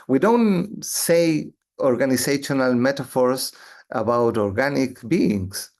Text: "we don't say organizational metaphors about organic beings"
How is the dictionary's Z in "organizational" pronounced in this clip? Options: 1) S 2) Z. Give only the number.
1